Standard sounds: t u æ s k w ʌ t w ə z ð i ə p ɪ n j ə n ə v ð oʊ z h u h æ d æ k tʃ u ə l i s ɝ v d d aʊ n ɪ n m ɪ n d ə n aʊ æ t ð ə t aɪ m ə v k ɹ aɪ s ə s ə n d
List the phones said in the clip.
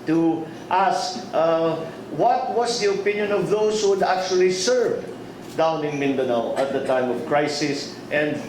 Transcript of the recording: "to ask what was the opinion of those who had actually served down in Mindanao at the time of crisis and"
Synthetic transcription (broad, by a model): t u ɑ s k w ʌ t w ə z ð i ə p ɪ n j ə n ə v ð oʊ s h u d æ k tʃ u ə l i s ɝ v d d aʊ n ɪ n m ɪ n d ə n aʊ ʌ t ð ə t aɪ m ə v k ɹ aɪ s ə s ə n d